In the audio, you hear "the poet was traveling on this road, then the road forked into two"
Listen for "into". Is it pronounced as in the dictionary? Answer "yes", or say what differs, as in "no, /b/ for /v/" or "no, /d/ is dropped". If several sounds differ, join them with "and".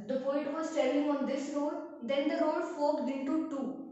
no, /n/ is dropped